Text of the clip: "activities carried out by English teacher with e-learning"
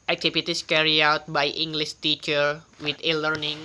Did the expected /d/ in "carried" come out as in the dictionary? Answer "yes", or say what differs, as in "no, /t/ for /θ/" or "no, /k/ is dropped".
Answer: no, /d/ is dropped